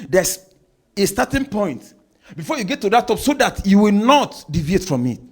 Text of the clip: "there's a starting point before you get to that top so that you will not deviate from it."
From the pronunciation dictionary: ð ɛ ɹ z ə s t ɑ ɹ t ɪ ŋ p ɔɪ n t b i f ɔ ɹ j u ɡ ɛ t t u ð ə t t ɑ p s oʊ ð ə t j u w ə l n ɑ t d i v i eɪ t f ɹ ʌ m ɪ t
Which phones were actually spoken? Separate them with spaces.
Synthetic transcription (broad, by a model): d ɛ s ə s t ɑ t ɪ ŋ p ɔɪ n t b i f ɔ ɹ j u ɡ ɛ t t u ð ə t t ɑ p s oʊ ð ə t j u w ə l n ɑ t d i v i eɪ t f ɹ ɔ m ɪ t